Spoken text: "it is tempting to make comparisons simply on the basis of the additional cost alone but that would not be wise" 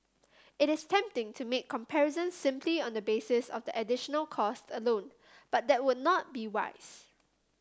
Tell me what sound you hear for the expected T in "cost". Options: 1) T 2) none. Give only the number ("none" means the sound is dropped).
1